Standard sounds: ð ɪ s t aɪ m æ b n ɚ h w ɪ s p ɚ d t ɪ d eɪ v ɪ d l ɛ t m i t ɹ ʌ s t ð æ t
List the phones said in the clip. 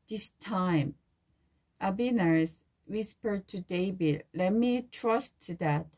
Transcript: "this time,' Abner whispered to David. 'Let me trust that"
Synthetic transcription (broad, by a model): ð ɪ s t aɪ m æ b n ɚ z w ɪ s p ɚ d t ɪ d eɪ b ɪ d l ɛ t m i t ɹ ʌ s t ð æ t